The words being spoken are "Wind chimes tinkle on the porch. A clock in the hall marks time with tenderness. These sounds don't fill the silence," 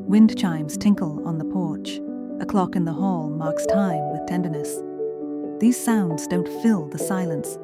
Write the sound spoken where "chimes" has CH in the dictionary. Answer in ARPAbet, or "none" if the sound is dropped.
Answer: CH